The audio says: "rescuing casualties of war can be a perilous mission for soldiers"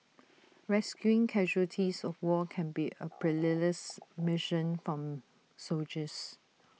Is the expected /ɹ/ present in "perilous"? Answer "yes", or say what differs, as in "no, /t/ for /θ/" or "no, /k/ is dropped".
no, /l/ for /ɹ/